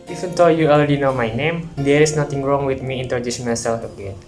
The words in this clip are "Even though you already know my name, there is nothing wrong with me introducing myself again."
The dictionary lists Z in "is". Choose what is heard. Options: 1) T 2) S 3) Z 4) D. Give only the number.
2